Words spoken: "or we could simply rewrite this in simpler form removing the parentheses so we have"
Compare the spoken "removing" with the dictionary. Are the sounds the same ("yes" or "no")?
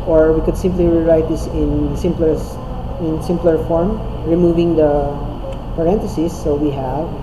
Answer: yes